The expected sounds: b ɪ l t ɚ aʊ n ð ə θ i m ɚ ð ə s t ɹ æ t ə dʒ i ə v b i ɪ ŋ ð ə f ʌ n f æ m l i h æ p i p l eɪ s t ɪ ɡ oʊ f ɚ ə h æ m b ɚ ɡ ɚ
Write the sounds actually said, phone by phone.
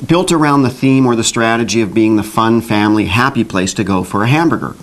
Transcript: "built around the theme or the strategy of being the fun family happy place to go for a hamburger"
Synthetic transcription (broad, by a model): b ɪ l t ɚ aʊ n ð ə θ i m ɚ ð ə s t ɹ æ t ə dʒ i ə v b i ɪ ŋ ð ə f ʌ n f æ m l i h æ p i p l eɪ s t ɪ ɡ oʊ f ɚ ə h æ m b ɚ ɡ ɚ